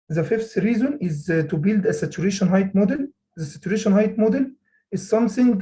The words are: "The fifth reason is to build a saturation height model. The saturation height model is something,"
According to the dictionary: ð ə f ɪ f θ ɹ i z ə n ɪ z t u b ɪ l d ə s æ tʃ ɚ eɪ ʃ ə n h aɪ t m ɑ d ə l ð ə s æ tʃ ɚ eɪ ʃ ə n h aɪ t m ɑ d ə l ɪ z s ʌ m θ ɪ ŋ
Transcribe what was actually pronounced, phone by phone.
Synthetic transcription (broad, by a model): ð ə f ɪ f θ ɹ i z ə n ɪ z t u b ɪ l d ə s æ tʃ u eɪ ʃ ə n h aɪ t m ɑ d ə l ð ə s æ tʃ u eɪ ʃ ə n h aɪ t m ɑ d ə l ɪ z s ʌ m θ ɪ ŋ